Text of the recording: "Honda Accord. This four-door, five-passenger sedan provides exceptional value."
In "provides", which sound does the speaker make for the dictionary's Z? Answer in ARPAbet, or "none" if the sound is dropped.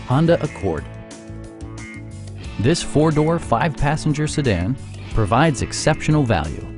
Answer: Z